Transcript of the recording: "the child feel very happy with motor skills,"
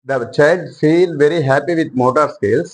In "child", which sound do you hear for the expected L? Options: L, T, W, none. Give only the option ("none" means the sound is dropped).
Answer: none